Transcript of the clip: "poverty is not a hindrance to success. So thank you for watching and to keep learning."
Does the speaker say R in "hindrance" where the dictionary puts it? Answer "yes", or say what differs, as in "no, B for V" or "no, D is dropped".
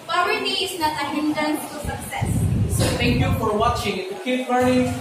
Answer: no, R is dropped